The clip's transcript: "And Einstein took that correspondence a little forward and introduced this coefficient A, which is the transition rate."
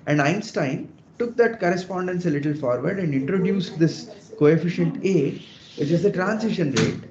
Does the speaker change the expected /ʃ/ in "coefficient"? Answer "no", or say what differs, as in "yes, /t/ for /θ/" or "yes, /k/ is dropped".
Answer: no